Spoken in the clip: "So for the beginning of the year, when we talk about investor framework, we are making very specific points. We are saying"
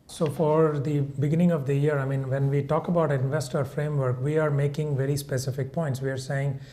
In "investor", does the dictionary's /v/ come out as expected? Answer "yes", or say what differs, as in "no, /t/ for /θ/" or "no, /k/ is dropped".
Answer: yes